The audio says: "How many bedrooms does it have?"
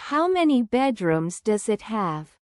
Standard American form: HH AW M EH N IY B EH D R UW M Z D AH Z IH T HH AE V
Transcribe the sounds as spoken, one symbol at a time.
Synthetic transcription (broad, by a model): HH AW M EH N IY B EH D R UW M Z D AH Z IH T HH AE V